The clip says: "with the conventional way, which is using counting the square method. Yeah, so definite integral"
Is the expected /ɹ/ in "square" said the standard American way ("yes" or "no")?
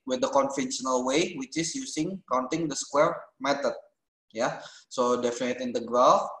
yes